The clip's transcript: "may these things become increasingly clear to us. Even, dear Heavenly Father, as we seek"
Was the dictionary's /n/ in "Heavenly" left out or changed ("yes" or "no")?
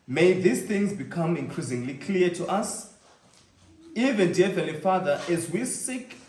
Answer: yes